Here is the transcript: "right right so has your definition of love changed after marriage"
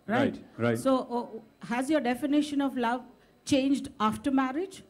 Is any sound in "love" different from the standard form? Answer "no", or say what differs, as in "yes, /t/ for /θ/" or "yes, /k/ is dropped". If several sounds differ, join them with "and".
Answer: no